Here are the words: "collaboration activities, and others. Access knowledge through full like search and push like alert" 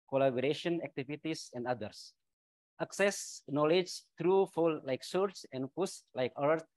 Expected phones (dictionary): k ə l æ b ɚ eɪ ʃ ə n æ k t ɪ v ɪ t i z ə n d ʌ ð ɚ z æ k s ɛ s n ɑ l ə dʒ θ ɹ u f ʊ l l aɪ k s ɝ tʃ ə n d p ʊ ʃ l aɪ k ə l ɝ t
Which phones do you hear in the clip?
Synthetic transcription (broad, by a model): k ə l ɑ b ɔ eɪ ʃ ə n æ k t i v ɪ t i s ə n d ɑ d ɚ s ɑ k s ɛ s n ɑ l ə dʒ t ɹ u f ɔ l l aɪ k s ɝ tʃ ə n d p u s l aɪ k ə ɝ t